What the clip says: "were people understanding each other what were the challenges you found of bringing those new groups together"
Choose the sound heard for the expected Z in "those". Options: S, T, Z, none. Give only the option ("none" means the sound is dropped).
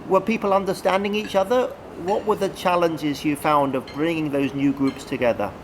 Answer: Z